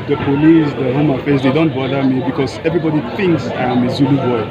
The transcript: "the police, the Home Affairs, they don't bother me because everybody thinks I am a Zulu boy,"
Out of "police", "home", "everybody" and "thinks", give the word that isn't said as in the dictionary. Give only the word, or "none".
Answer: none